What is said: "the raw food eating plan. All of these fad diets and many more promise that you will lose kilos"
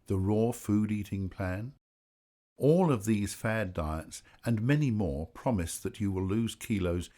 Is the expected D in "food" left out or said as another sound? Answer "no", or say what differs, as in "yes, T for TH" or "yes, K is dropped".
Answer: no